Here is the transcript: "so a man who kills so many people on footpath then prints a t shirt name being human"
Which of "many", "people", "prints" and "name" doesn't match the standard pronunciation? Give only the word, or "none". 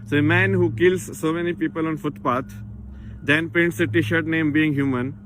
prints